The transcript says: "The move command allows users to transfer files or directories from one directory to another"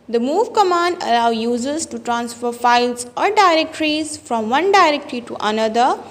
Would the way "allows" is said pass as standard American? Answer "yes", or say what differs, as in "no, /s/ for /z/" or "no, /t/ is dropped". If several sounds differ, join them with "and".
no, /z/ is dropped